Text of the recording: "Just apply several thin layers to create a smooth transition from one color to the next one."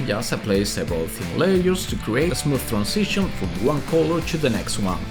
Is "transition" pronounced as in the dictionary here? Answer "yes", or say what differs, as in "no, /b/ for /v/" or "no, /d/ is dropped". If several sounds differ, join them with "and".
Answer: no, /s/ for /z/